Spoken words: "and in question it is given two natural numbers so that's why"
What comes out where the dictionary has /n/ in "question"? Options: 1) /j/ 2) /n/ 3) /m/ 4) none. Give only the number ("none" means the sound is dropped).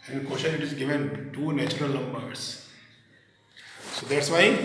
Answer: 4